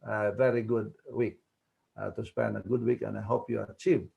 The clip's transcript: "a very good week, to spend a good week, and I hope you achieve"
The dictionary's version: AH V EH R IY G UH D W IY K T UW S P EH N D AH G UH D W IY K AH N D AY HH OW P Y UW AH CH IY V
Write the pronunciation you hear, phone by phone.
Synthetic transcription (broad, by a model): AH V EH R IY G UH D W IY K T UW S P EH N AH G UH D W IY K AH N AY HH OW P Y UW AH CH IY V